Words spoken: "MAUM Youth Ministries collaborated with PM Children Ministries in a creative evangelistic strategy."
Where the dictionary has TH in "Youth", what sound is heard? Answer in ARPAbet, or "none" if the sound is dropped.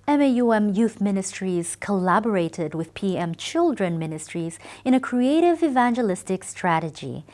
TH